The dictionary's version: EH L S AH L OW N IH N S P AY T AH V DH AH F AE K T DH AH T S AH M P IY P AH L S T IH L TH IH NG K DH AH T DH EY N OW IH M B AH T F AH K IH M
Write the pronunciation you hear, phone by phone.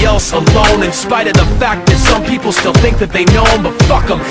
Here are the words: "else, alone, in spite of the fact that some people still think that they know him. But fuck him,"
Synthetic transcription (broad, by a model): EH L S AH L OW N IH N S P AY T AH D DH AH F AE K DH AH T S AH M P IY P L S T IH L TH IH NG K DH AH T DH EY N OW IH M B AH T F AH K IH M